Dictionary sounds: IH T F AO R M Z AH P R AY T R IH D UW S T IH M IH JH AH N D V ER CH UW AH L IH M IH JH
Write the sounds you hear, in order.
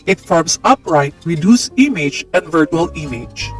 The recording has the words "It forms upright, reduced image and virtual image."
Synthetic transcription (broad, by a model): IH T F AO R M S AH P R AY T R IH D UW S IH M IH JH AH N D V ER CH UW AH L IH M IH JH